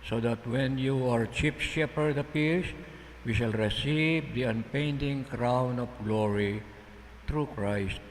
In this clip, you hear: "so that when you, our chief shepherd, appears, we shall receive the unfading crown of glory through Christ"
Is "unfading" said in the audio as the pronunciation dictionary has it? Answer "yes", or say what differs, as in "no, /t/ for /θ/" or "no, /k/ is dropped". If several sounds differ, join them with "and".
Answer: no, /p/ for /f/